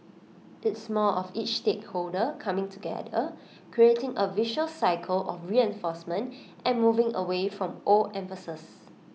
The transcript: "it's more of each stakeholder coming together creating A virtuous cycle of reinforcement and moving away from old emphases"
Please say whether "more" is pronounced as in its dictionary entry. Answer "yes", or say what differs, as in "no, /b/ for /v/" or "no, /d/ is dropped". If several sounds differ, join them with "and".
no, /l/ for /ɹ/